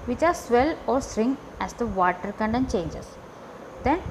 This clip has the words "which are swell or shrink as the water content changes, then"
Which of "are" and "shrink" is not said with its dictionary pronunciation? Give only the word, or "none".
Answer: shrink